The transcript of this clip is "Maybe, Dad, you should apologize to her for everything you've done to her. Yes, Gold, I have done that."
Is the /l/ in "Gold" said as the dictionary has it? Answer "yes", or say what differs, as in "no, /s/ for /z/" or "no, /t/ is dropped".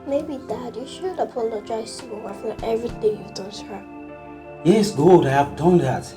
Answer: no, /l/ is dropped